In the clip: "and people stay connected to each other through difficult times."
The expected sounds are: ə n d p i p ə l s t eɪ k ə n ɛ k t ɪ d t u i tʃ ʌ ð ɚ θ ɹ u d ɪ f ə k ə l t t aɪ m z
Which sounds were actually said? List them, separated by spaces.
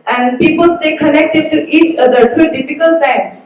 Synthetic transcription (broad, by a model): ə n d p i p ə l s t eɪ k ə n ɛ k t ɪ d t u i tʃ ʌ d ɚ t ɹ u d ɪ f ə k ə l t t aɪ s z